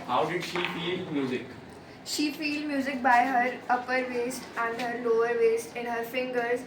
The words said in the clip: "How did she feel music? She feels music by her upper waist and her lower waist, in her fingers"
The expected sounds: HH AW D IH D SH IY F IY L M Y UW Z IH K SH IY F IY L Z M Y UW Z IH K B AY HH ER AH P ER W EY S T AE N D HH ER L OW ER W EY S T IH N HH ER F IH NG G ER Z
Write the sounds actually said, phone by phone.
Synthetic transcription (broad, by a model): HH AW D IH D SH IY F IY L M Y UW Z IH K SH IY F IY L M Y UW Z IH K B AY HH ER AH P ER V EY S T AE N D HH ER L OW ER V EY S T IH N HH ER F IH NG G ER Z